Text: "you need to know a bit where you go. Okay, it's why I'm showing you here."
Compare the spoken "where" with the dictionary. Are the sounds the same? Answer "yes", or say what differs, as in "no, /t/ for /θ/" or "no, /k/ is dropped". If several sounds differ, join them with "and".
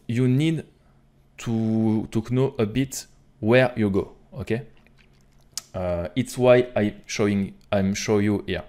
yes